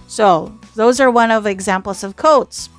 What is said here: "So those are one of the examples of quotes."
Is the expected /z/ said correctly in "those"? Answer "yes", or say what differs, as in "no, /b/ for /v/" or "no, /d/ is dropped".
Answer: yes